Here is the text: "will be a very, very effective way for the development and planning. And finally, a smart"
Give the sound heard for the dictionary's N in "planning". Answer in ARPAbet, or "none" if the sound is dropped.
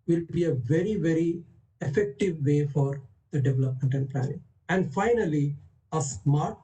none